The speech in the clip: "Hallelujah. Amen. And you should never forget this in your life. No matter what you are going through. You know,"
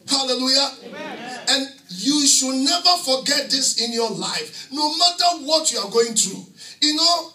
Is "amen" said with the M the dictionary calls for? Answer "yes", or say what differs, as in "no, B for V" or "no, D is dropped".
no, M is dropped